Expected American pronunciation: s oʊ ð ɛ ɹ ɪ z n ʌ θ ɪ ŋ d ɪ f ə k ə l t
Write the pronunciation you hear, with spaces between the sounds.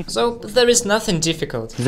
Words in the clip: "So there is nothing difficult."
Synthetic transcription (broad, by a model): s oʊ ð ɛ ɹ ɪ z n ʌ θ ɪ ŋ d ɪ f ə k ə l t